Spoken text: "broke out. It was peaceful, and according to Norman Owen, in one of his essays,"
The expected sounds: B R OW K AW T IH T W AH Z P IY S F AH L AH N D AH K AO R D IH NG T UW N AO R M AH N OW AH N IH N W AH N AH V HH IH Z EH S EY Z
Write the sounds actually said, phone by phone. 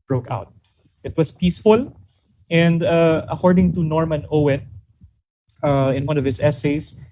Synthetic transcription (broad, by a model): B R OW K AW T IH T W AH S P IY S F AH L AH N D AH K AO R D IH NG T UW N AO R M AH N OW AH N IH N W AH N AH V HH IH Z EH S EY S